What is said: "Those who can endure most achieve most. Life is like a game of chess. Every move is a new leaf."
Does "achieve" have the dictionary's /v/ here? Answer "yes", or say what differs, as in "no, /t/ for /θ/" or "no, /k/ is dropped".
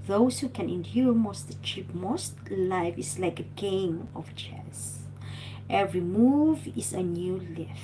no, /p/ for /v/